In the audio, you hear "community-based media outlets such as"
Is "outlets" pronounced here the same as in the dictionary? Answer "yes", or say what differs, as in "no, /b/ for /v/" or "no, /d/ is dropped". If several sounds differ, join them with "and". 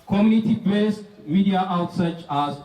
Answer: no, /l/ is dropped